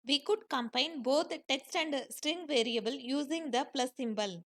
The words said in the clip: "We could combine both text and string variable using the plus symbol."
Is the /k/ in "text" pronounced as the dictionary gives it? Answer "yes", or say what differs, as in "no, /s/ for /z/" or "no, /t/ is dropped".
yes